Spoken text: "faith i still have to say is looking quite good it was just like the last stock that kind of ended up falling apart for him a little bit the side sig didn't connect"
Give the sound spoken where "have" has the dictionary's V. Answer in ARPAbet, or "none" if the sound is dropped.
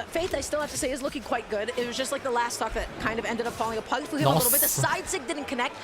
F